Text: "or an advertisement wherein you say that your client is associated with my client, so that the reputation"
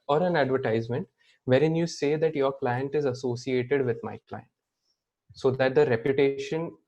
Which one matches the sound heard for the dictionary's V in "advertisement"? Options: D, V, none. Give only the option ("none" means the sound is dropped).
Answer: V